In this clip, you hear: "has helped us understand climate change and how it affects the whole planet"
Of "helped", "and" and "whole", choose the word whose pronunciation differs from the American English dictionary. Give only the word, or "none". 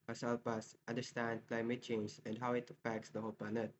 helped